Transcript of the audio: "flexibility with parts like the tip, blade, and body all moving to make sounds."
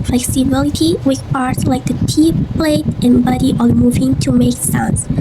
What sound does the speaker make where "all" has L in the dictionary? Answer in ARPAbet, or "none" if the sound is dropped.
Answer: N